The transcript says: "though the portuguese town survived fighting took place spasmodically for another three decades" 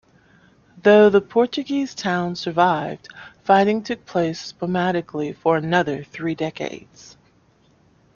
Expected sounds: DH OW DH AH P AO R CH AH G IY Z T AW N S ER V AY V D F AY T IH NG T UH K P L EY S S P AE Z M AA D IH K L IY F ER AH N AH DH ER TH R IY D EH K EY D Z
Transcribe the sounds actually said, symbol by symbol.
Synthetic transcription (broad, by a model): DH OW DH AH P AO R CH AH G IY Z T AW N S ER V AY V D F AY T IH NG T UH K P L EY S S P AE M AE D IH K L IY F ER AH N AH DH ER TH R IY D EH K EY D Z